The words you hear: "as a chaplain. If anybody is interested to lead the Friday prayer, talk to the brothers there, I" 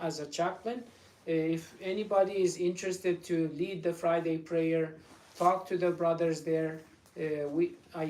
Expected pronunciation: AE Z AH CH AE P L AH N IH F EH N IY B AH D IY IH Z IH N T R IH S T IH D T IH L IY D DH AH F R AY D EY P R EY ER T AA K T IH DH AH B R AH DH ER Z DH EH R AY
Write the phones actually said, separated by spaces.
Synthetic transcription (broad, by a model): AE Z AH CH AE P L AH N IH F EH N IY B AH D IY IH Z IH N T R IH S T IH D T IH L IY D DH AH F R AY D EY P R EY ER T AA K T IH DH AH B R AH DH ER Z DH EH R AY